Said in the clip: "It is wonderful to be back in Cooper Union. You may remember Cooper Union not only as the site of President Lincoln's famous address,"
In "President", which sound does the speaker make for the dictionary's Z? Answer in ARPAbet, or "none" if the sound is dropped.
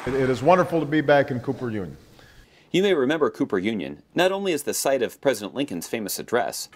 Z